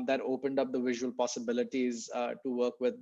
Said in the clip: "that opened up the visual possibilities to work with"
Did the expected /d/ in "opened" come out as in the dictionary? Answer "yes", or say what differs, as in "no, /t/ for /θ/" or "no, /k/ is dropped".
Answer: yes